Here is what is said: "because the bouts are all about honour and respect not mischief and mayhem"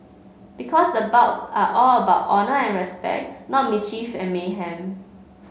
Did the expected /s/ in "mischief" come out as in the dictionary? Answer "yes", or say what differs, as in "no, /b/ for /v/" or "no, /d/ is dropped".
no, /s/ is dropped